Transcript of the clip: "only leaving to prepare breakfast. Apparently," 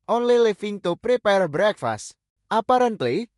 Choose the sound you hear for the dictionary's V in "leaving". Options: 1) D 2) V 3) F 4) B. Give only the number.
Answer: 3